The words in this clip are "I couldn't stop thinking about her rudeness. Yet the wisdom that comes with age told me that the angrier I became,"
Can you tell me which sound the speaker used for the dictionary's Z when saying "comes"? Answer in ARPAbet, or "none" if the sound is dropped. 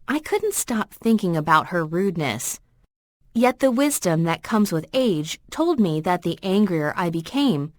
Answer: Z